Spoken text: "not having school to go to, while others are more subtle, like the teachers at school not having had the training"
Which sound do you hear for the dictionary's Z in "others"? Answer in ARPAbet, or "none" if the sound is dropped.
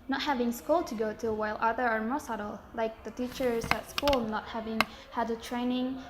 none